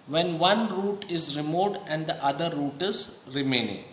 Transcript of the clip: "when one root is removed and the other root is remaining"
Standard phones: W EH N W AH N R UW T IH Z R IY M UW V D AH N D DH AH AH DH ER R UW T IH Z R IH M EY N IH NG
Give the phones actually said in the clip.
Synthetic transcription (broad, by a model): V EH N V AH N R UW T IH Z R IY M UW D AH N D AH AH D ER R UW T IH Z R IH M EY N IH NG